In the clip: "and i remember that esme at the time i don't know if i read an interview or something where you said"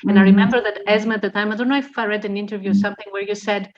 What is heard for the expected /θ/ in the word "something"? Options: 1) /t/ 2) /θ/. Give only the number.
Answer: 2